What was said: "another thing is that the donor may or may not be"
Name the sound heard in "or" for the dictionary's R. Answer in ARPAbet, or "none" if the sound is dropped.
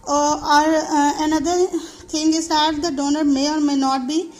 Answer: R